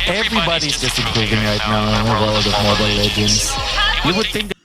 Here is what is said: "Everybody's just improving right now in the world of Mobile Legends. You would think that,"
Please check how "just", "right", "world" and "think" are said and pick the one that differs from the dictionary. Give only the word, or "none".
world